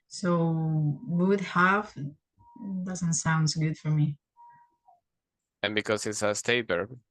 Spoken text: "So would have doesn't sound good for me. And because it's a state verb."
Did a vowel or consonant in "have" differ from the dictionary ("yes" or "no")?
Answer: yes